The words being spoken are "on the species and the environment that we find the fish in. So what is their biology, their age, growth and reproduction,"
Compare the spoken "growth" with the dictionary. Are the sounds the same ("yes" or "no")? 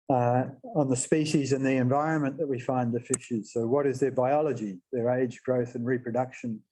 yes